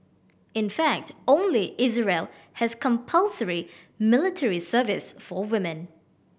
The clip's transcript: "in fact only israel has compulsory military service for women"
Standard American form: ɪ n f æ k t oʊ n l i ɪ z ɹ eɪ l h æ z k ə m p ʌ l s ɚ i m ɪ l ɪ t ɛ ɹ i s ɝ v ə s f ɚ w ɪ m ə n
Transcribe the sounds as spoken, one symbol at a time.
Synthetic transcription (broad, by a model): ɪ n f æ k t oʊ n l i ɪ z ɹ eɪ l h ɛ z k ə m p ʌ l s ɚ i m ɪ l ɪ t ɛ ɹ i s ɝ v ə s f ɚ w ɪ m ə n